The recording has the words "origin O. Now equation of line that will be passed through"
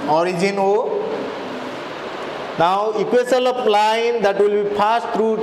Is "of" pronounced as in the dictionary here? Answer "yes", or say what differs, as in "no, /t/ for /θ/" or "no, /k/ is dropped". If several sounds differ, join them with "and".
no, /p/ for /v/